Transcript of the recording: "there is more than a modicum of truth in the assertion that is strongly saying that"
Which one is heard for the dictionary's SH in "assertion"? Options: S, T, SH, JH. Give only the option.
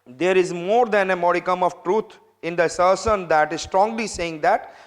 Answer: S